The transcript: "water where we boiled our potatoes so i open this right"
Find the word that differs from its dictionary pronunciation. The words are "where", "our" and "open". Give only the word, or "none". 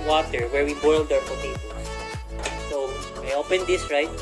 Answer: our